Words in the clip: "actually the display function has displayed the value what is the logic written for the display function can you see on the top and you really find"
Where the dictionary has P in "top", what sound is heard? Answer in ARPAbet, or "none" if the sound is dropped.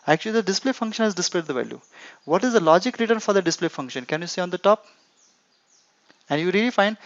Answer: P